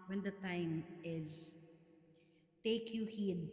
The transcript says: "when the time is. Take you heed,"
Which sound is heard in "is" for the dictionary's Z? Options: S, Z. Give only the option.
Z